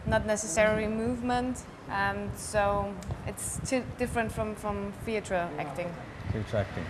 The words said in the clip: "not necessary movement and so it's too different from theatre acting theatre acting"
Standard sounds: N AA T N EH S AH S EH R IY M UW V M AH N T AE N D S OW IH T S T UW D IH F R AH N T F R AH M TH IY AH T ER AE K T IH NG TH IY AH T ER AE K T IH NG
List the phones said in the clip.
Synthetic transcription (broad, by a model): N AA T N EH S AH S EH R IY M UW V M AH N T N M S OW IH T S T UW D IH F R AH N T F R AH M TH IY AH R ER AE K T IH NG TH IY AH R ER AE K T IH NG